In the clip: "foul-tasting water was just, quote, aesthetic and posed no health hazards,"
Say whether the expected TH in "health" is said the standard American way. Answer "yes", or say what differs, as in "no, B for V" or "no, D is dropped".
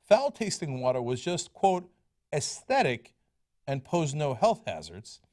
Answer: yes